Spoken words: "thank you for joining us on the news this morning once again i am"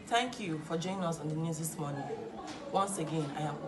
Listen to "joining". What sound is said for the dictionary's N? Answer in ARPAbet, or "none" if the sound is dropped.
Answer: none